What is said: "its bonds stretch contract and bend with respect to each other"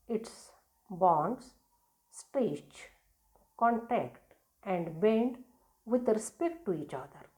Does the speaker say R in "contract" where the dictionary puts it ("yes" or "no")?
no